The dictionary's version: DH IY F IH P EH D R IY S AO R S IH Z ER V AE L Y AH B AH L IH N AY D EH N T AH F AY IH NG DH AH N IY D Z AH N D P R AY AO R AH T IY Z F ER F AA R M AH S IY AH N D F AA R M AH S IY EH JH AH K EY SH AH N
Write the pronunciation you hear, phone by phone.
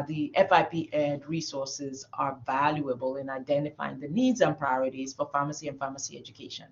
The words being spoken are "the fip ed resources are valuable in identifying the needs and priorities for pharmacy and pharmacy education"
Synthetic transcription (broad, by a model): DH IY F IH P EH D R IY S AO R S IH Z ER V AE L Y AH B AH L IH N AY D EH N T AH F AY IH NG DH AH N IY D Z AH N P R AY AO R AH T IY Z F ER F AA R M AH S IY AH N F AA M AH S IY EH JH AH K EY SH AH N